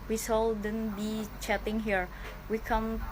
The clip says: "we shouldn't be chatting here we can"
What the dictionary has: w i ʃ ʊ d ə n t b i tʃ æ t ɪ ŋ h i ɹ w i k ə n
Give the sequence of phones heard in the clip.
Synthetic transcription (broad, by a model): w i s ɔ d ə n b i tʃ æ t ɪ ŋ h i ɹ w i k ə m